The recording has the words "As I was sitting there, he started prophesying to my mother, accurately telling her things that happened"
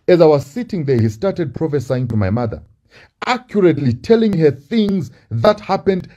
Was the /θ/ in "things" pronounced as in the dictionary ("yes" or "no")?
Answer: yes